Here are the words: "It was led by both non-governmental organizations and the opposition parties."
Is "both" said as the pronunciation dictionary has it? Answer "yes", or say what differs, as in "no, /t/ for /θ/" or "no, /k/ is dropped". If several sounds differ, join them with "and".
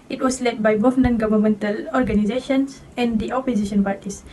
no, /f/ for /θ/